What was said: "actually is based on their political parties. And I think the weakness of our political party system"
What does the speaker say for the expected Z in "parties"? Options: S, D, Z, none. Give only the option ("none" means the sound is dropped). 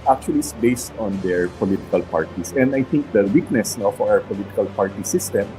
S